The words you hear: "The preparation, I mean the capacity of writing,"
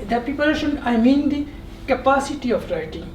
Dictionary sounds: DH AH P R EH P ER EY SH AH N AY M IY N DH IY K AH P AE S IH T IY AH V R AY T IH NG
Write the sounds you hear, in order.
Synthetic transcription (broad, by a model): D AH P IY P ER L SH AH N AY M IY N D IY K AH P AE S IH T IY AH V R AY T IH NG